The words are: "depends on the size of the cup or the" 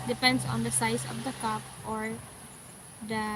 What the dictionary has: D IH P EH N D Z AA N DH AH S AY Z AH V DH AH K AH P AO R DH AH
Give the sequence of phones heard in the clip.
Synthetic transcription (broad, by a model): D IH P EH N D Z AA N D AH S AY S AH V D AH K AH P AO R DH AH